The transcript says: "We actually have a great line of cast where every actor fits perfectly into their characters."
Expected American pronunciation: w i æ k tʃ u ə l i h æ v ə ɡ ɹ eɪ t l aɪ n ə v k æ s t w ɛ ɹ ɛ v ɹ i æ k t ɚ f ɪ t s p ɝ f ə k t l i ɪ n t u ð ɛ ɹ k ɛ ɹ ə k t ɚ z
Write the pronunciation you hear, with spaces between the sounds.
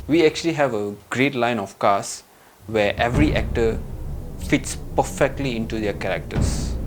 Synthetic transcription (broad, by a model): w i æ k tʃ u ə l i h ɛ v ə ɡ ɹ eɪ t l aɪ n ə f k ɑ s w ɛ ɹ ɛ v ɹ i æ k t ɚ f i t s p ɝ f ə k t l i ɪ n t u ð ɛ k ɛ ɹ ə k t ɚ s